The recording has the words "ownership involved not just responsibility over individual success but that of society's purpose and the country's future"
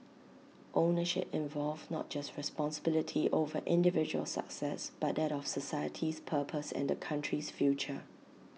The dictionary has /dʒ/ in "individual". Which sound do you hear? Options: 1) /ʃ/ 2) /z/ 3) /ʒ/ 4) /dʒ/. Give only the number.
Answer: 4